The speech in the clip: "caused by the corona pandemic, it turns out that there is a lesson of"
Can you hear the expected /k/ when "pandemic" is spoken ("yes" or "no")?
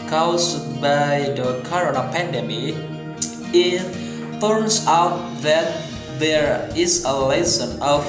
no